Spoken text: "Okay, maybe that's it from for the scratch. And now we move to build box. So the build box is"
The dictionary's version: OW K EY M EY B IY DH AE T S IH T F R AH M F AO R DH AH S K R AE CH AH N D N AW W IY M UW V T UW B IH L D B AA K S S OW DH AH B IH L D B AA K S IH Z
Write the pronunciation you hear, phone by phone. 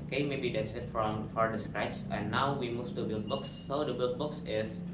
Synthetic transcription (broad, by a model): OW K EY M EY B IY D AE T S IH T F R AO M F AO R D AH S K R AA AH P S N AW W IY M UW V T UW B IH L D B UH K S S OW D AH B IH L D B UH K S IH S